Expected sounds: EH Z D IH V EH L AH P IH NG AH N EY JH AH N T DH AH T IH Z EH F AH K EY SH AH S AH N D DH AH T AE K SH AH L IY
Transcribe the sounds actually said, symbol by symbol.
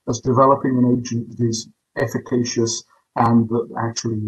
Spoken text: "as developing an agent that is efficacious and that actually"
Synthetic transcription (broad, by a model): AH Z D IH V EH L AH P IH NG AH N EY JH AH N DH AH T IH Z EH F AH K EY SH AH S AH N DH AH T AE K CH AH L IY